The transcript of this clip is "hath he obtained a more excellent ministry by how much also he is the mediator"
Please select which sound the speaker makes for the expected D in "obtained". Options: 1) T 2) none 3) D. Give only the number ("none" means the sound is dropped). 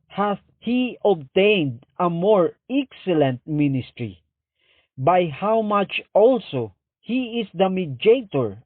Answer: 3